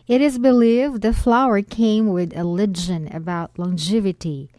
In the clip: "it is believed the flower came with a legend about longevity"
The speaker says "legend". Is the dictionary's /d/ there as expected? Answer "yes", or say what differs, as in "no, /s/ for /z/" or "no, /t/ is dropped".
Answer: no, /d/ is dropped